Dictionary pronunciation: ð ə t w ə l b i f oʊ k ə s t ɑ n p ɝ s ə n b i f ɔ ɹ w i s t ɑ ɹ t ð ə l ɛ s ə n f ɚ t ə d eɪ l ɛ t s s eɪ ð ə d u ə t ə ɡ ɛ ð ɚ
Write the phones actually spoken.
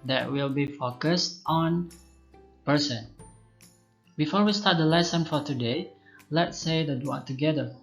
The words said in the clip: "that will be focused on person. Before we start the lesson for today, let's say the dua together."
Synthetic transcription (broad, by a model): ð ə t w ə l b i f oʊ k ə s t ɑ n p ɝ s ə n b i f ɔ ɹ w i s t ɑ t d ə l ɛ s ə n f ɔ t ə d eɪ l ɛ t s s eɪ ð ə d u ə t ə ɡ ɛ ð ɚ